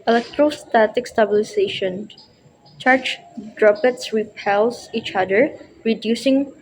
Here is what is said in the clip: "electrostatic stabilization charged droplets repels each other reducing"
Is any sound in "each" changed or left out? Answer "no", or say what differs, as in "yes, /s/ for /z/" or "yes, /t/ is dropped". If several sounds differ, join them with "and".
no